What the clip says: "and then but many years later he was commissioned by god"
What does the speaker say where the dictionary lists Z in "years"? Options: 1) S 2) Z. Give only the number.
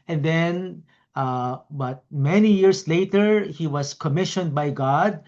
1